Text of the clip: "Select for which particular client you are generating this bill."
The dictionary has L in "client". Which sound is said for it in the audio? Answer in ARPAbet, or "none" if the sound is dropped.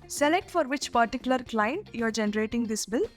L